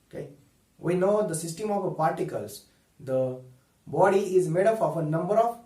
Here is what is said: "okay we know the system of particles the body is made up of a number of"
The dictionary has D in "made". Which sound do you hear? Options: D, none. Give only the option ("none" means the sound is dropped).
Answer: D